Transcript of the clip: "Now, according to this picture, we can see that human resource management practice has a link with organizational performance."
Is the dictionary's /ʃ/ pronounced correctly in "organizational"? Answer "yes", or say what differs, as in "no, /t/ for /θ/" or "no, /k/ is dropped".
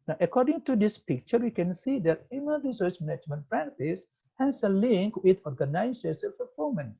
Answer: no, /s/ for /ʃ/